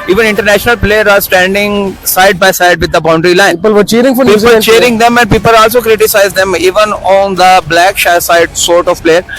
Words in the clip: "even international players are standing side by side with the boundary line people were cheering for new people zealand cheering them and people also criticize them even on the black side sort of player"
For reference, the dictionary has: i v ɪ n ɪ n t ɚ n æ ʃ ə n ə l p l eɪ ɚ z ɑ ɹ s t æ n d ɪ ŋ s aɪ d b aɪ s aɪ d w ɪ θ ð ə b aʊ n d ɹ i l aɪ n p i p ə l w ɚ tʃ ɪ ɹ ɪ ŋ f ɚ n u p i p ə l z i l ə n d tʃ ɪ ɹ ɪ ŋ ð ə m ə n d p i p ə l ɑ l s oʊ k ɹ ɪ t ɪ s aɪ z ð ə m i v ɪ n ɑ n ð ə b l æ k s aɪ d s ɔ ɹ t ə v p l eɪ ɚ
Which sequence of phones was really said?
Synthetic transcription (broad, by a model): i v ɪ n ɪ n t ɚ n æ ʃ ə n ə l p l eɪ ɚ ɑ ɹ s t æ n d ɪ ŋ s aɪ d b aɪ s aɪ d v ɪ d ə b aʊ n d ɹ i l aɪ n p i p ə l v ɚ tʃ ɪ ɹ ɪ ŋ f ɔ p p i ə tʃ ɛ ɹ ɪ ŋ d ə m ə n d p i p ə l ɑ l s oʊ k ɹ ɪ t ɪ s aɪ z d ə m i v ɪ n ɑ n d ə b l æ k s aɪ d s ɔ ɹ t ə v p l eɪ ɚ